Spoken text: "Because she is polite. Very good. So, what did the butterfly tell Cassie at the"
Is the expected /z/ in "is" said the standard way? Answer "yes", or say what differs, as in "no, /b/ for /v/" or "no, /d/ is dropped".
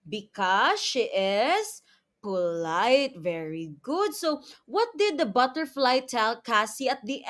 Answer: no, /s/ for /z/